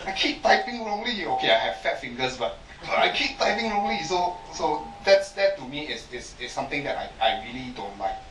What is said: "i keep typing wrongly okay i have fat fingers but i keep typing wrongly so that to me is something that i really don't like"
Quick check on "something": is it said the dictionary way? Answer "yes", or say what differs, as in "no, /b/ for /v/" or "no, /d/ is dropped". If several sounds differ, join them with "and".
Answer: no, /t/ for /θ/